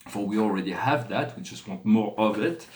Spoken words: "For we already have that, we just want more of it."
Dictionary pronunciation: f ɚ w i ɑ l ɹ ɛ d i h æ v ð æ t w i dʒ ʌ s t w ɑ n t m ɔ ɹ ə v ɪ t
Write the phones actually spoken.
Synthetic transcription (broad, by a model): f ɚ w i ɑ l ɹ ɛ d i h æ v ð æ t w i dʒ ʌ s t w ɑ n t m ɔ ɹ ə v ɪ t